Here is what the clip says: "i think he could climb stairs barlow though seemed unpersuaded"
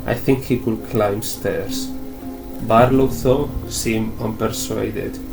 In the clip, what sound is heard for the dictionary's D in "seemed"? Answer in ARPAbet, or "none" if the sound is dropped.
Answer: none